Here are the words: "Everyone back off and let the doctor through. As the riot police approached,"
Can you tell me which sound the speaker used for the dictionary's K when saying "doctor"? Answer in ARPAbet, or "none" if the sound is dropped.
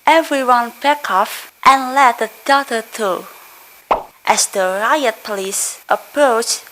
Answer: none